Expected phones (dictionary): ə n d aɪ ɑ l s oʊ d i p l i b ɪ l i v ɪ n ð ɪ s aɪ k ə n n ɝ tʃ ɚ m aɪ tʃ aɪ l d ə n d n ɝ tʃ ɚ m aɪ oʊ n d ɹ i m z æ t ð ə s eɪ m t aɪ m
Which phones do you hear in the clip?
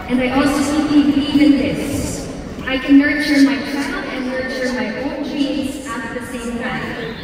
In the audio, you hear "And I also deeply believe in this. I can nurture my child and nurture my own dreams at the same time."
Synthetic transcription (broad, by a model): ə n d aɪ ɑ l s oʊ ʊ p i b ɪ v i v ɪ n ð ɪ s aɪ k ə n n ɝ tʃ ɚ m aɪ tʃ aɪ l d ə n n ɝ tʃ ɚ m aɪ oʊ n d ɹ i z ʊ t ð ə s eɪ m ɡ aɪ